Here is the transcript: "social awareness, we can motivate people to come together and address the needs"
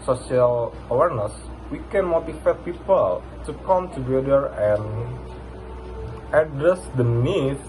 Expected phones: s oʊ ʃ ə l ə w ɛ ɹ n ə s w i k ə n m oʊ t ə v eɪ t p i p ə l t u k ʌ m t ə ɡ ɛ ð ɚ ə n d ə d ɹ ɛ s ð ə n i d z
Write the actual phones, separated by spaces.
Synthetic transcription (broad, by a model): s oʊ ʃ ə l ə w ɛ ɹ n ə s w i k ə n m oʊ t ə f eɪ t p i p ə l t u k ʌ m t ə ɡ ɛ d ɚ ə n ə d ɹ ɛ s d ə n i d